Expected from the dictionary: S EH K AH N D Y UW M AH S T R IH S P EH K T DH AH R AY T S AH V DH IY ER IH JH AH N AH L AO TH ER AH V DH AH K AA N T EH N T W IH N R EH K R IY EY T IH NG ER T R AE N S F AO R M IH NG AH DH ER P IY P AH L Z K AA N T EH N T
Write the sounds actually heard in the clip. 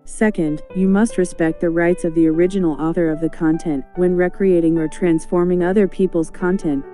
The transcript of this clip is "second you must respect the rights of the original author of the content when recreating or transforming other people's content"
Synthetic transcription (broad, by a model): S EH K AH N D Y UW M AH S T R IH S P EH K T DH AH R AY T S AH V DH IY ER IH JH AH N L AO TH ER AH V DH AH K AA N T EH N T W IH N R EH K R IY EY T IH NG ER T R AE N S F AO R M IH NG AH DH ER P IY P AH L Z K AA N T EH N T